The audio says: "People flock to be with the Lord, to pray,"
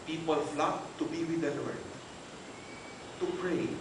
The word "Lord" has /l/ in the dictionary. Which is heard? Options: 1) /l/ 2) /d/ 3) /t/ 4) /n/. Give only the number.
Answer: 4